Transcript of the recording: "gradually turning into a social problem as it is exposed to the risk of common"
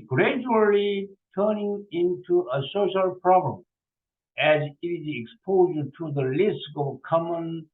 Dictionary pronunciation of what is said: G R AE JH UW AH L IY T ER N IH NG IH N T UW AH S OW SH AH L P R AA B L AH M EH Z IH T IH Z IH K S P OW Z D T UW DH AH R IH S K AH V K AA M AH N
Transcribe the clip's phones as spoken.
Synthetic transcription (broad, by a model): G R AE JH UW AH L IY T ER N IH NG IH N T UW AH S OW SH AH L P R AA B L AH M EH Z IH T IH Z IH K S P OW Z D T UW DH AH L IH S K AH V K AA M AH N